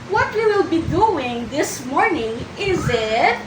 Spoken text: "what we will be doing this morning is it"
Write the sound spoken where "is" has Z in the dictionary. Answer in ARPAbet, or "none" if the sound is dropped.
Z